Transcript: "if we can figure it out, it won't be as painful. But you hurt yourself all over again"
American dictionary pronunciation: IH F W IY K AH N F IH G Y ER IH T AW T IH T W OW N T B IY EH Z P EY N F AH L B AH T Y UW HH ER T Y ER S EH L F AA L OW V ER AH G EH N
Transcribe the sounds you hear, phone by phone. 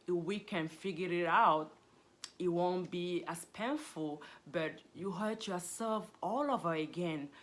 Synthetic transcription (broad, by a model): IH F W IY K AH N F IH G Y ER IH T AW T IH T W OW N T B IY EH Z P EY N F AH L B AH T Y UW HH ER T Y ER S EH L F AA L OW V ER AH G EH N